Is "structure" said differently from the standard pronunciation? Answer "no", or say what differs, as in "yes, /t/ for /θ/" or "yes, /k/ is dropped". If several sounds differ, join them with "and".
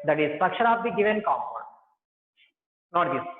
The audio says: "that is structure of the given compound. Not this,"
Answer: yes, /ʃ/ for /tʃ/